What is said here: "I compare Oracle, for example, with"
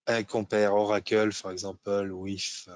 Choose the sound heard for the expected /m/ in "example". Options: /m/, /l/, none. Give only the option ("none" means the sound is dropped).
none